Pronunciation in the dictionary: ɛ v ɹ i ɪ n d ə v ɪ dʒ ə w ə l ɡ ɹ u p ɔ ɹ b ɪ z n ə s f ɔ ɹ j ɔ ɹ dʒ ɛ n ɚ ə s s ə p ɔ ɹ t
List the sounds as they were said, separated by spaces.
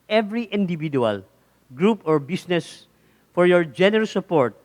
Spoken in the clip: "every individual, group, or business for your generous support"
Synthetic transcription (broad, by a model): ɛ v ɹ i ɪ n d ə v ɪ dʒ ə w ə l ɡ ɹ u p ɔ ɹ b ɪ s n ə s f ɔ ɹ j ɔ ɹ dʒ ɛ n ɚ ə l s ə p ɔ ɹ t